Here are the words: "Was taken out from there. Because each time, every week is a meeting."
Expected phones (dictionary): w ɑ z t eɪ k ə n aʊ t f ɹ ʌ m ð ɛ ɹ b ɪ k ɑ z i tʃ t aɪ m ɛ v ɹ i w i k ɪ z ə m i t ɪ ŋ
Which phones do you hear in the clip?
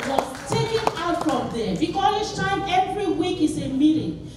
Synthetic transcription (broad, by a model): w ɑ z t eɪ k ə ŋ aʊ t f ɹ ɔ m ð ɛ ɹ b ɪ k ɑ i s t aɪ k ɛ v ɹ i w i k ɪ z ə m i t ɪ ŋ